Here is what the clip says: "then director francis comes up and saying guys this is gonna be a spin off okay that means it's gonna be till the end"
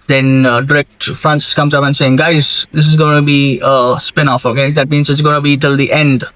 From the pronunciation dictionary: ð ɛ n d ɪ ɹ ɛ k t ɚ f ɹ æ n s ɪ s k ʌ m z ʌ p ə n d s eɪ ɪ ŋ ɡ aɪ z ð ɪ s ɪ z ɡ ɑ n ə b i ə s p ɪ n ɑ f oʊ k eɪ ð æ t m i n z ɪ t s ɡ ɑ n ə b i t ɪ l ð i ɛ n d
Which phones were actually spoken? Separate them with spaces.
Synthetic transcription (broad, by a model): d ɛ n d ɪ ɹ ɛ k t f ɹ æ n s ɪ s k ʌ m z ʌ p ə n s eɪ ɪ ŋ ɡ aɪ z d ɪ s ɪ z ɡ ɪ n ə b i ə s p ɪ n ɑ f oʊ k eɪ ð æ t m i n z ɪ t s ɡ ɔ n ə b i t ɪ l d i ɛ n d